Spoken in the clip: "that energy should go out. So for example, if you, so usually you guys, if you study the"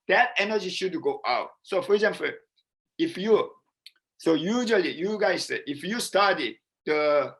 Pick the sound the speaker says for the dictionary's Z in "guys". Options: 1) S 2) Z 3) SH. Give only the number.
1